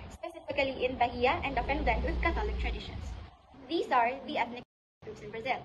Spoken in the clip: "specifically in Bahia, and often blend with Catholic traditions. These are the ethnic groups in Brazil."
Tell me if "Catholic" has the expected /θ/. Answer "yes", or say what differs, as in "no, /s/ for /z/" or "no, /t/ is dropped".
no, /t/ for /θ/